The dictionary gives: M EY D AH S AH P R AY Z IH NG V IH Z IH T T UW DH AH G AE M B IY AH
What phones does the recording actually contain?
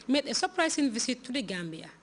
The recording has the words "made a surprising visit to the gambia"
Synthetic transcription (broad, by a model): M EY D AH S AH P R AY S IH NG V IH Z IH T T UW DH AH G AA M B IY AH